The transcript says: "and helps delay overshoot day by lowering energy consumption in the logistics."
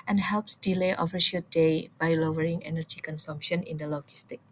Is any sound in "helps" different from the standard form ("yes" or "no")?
no